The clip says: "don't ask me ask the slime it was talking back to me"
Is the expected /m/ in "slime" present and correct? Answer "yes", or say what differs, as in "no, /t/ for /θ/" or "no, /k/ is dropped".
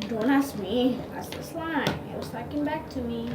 no, /m/ is dropped